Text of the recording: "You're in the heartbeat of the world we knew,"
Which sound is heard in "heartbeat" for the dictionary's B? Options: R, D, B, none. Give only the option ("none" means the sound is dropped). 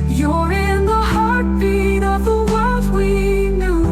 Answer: none